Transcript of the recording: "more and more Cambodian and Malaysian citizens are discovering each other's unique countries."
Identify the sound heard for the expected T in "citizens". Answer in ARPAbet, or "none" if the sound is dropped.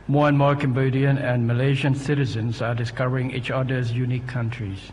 T